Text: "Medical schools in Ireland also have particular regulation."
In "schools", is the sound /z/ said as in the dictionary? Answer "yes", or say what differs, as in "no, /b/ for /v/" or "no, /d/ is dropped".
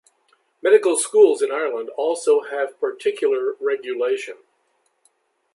yes